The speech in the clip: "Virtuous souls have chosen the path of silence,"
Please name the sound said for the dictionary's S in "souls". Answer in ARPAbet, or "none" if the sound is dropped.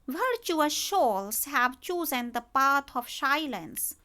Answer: SH